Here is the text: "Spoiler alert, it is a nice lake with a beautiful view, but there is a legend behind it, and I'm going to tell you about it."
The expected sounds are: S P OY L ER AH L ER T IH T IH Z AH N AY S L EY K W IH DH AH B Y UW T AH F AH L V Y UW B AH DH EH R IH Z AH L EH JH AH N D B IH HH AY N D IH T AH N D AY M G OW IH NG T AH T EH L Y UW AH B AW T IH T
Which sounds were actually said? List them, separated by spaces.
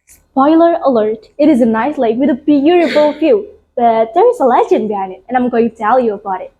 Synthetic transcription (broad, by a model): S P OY L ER AH L ER T IH T IH Z AH N AY S L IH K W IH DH AH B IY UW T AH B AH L F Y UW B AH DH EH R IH S AH L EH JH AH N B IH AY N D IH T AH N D AY M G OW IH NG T T EH L Y UW AH B AW T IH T